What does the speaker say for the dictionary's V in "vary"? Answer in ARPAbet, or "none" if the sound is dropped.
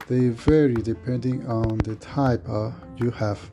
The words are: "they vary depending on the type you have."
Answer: V